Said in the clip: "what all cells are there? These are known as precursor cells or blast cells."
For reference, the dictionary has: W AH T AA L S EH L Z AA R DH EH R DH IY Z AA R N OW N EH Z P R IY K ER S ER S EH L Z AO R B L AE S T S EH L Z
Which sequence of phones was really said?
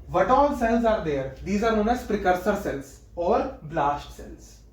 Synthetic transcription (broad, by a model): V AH T AA L S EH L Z AA R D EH R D IY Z AA R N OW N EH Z P R IY K ER S ER S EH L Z AO R B L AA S T S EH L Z